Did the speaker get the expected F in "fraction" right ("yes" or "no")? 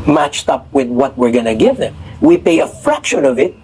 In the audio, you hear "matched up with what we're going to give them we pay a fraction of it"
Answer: yes